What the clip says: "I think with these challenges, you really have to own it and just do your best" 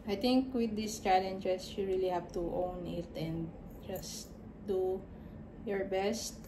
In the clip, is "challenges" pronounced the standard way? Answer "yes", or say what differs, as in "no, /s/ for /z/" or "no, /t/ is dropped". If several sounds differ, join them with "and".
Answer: no, /s/ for /z/